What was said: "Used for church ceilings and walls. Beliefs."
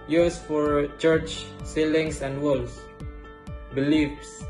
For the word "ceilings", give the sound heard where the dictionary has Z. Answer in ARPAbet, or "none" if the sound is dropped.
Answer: S